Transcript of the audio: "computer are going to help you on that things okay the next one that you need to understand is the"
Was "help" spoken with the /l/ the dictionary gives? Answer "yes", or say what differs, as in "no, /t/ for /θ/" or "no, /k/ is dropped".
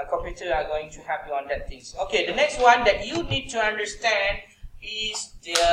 no, /l/ is dropped